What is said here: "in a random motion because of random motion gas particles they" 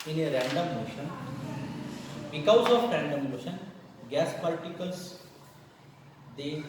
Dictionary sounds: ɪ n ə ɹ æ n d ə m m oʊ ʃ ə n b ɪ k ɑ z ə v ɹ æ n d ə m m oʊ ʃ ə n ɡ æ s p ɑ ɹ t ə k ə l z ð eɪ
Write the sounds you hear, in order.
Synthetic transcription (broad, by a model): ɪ n ə ɹ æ n d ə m m oʊ ʃ ə n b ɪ k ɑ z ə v ɹ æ n d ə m m oʊ ʃ ə n ɡ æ s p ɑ l t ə k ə l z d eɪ